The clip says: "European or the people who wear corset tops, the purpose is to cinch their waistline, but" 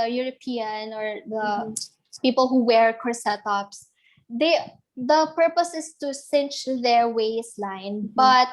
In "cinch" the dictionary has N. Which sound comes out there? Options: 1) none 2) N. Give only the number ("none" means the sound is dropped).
2